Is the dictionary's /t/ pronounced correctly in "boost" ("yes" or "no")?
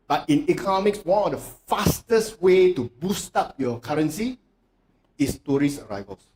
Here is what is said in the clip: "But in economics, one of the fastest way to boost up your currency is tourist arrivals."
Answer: yes